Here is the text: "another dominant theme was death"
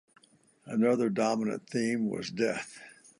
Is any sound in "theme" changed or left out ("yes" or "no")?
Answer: no